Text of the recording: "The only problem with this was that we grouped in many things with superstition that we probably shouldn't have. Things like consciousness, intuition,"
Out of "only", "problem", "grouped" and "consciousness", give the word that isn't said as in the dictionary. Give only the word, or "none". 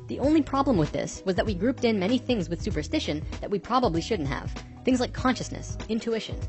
none